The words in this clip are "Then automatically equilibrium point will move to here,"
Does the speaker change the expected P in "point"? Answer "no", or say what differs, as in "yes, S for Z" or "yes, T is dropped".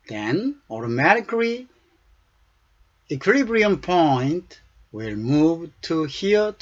no